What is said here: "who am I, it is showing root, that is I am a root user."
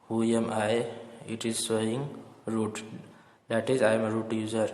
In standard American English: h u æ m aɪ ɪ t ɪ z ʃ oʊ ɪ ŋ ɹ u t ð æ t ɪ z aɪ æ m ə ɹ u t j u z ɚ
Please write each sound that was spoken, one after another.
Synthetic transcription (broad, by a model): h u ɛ m aɪ ɪ t ɪ z s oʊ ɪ ŋ ɹ u t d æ t ɪ z aɪ m ə ɹ u t j u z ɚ